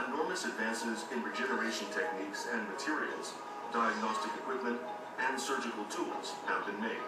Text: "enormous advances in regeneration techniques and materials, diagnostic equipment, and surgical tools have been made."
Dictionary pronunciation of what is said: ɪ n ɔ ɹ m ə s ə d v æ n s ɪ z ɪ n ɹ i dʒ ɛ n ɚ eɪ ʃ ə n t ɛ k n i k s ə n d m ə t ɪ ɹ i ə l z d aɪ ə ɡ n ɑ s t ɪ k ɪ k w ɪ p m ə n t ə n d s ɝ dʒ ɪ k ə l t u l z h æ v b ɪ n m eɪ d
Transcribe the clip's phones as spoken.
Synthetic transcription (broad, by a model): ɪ n ɔ ɹ m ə s ə d v æ n s ɪ z ɪ n ɹ i dʒ ɛ n ɚ eɪ ʃ ə n t ɛ k n i k s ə n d m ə t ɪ ɹ i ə l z d aɪ ə ɡ n ɑ s t ɪ k ɪ k w ɪ p m ə n t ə n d s ɝ dʒ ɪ k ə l t u l z h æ v b ɪ n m eɪ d